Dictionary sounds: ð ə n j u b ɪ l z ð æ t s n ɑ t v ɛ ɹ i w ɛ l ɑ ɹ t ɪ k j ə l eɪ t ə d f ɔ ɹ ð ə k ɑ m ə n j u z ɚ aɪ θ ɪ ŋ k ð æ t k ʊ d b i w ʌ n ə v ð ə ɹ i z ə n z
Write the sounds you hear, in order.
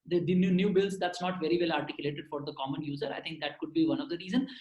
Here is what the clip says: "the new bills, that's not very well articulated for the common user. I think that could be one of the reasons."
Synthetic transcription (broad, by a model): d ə n j u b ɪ l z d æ t s n ɑ t v ɛ ɹ i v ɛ l ɑ ɹ t ɪ k j ə l eɪ t ə d f ɔ ɹ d ə k ɑ m ə n j u z ɚ aɪ t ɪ ŋ k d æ t k ʊ d b i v ʌ n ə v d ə ɹ i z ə n